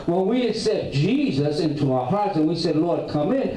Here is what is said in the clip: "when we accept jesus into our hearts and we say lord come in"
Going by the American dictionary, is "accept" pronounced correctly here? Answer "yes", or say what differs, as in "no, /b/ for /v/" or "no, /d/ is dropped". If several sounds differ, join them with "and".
no, /p/ is dropped